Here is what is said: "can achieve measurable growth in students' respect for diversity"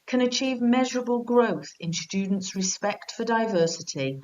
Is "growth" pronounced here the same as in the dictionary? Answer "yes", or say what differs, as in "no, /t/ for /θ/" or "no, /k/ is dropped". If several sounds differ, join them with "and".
yes